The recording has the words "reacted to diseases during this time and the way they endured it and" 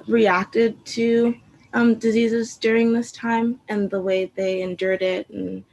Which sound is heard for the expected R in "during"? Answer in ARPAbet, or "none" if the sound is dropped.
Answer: R